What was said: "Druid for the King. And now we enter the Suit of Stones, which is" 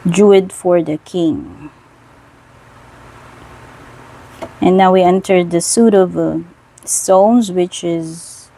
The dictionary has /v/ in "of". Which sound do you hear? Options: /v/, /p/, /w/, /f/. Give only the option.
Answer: /v/